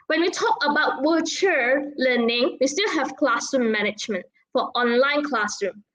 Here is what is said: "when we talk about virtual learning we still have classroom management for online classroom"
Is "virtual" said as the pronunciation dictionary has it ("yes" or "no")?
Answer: no